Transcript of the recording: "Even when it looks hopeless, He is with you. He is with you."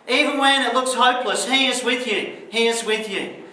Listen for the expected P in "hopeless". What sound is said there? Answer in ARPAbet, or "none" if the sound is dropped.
P